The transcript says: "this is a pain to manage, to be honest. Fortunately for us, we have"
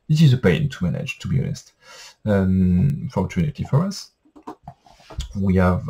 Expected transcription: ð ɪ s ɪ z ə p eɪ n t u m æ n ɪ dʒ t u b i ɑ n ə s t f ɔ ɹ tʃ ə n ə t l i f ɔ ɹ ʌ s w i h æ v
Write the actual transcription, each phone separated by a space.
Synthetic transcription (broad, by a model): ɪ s ɪ z ə p eɪ n t u m æ n ɪ dʒ t u b i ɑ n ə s t f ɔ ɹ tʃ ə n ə t i f ɔ ɹ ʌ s w i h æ v